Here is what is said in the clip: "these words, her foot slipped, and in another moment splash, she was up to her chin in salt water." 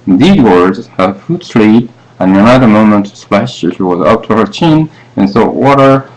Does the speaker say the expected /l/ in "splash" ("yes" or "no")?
yes